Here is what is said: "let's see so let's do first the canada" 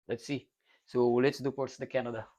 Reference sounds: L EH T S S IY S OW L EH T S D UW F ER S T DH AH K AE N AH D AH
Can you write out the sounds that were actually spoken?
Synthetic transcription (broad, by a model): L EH T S S IY S OW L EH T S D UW P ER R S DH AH K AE N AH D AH